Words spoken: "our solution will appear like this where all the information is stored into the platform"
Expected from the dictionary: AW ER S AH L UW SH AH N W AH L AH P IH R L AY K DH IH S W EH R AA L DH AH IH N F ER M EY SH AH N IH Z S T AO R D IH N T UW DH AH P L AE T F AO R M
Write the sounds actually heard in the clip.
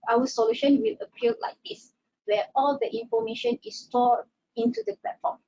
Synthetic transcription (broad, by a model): AW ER S AH L UW SH AH N W AH L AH P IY L L AY K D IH S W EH AA L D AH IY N F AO M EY SH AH N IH S T AO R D IH N T UW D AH P L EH T F AO M